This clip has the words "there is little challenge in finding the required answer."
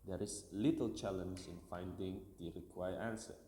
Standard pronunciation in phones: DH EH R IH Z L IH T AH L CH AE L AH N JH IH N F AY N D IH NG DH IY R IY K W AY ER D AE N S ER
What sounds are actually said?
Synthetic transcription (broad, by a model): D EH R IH S L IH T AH L CH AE L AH N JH IH N F AY N D IH NG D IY R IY K W AY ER AE N S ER